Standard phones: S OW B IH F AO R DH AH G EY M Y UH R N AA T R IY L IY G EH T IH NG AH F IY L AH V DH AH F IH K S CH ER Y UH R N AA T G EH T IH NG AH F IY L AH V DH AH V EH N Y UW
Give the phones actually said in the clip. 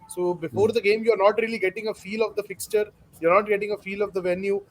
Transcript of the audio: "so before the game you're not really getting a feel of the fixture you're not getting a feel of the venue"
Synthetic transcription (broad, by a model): S OW B IH F AO R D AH G EY M Y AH R N AA T R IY L IY G EH T IH NG AH F IY L AH V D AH F IH K S CH ER Y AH R N AA T G EH T IH NG AH F IY L AH V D AH V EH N Y UW